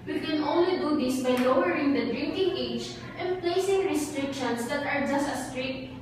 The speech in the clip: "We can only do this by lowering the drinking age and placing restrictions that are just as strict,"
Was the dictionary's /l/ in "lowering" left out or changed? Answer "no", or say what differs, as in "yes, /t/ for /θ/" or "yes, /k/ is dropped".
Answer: no